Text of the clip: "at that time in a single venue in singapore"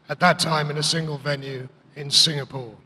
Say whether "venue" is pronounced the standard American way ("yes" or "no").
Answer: yes